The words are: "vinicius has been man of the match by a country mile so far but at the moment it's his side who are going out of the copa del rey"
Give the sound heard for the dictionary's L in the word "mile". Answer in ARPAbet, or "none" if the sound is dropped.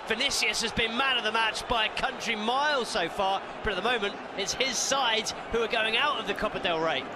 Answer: L